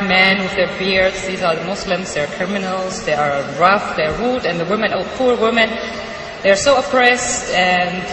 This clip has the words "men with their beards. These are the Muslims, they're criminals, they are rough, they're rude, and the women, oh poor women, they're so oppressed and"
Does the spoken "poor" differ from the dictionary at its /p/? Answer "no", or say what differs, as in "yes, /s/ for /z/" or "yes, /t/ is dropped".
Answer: no